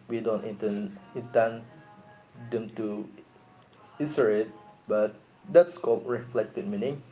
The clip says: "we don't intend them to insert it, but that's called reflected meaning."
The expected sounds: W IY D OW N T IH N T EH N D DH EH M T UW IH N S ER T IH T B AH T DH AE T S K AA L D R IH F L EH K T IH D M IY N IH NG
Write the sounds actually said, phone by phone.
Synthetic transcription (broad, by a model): W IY D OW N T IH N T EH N D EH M T UW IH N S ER IH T B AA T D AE T S K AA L R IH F L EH K T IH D M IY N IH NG